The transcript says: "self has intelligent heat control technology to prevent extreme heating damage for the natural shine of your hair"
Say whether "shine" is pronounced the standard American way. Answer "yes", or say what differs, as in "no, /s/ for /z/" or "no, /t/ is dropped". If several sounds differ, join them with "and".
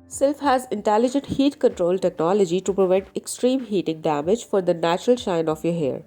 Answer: yes